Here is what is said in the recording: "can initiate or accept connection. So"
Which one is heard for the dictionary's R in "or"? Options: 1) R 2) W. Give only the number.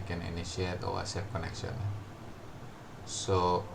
2